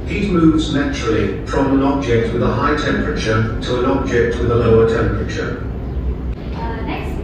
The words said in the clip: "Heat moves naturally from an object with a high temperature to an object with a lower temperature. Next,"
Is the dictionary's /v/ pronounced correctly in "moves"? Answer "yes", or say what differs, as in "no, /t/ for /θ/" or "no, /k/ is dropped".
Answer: yes